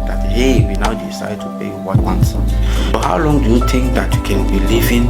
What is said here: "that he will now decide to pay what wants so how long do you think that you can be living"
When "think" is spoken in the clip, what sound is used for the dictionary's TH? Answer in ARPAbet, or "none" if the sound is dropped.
T